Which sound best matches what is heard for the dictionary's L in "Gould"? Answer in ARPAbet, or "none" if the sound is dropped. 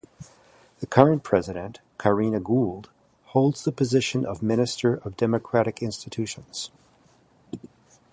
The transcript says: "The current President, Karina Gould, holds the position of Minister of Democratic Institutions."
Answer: L